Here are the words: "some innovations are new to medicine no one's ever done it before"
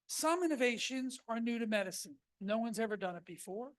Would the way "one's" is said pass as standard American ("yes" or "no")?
yes